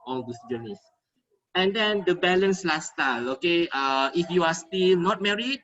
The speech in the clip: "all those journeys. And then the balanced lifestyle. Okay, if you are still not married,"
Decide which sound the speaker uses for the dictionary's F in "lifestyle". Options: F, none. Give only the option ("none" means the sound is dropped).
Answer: none